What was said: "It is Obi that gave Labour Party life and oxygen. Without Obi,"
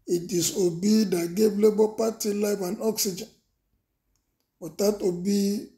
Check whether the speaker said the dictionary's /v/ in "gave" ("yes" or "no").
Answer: no